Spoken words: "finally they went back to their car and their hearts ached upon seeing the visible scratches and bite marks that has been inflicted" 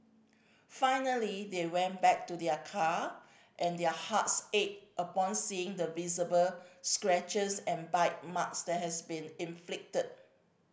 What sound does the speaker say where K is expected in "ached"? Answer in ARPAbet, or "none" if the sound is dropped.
none